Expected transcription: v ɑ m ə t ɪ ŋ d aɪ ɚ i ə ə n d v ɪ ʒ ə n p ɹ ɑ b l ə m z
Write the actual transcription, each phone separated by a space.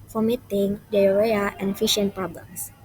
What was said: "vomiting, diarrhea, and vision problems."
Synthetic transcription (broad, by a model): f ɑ m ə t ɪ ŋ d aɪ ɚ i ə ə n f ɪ ʃ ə n p ɹ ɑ b l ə m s